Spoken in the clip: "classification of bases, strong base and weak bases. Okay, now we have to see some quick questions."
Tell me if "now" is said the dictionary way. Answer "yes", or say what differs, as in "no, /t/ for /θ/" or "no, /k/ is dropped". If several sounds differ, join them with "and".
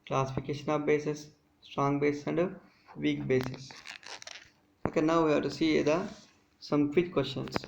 yes